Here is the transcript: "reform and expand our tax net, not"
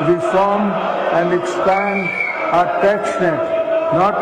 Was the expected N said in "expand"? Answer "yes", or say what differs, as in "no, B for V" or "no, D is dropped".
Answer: yes